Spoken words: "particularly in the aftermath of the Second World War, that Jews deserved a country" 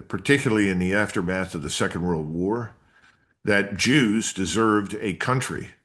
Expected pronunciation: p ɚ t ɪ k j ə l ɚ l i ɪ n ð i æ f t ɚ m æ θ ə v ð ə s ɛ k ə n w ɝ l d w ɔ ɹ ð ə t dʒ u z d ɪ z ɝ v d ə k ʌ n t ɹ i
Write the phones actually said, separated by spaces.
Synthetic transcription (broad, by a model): p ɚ t ɪ k j l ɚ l i ɪ n ð i æ f t ɚ m æ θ ə v ð ə s ɛ k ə n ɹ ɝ l w ɔ ɹ ð ə t dʒ u z d ɪ z ɝ v d ə k ʌ n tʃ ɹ i